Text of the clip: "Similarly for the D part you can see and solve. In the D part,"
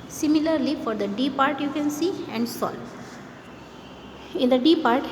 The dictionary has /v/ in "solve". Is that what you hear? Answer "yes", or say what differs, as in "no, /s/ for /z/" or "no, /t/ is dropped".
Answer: no, /v/ is dropped